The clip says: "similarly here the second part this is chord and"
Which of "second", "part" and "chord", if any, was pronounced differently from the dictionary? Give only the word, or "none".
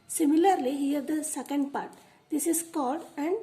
chord